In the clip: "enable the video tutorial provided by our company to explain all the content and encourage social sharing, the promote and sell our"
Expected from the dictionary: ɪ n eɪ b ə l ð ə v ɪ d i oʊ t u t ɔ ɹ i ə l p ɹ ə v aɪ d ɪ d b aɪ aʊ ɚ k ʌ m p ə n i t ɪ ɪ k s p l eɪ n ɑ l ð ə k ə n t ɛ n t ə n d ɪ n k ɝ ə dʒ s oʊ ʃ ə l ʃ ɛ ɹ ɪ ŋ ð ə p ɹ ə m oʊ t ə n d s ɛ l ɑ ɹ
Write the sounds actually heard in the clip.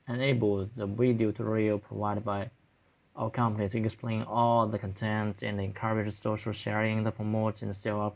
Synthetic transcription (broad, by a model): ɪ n eɪ b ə l ð ə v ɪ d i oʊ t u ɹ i i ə p ɹ ə v aɪ d ɪ d b aɪ aʊ ɚ k ʌ m p ə n i t ɪ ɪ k s p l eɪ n ɑ l ð ə k ə n t ɛ n t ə n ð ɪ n k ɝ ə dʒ s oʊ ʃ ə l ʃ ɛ ɹ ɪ ŋ ð ə p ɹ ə m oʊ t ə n s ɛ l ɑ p